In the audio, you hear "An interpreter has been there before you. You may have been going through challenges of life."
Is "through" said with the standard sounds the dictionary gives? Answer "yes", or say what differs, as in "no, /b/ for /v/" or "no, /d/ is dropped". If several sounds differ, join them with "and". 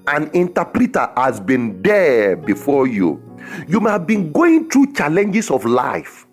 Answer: no, /t/ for /θ/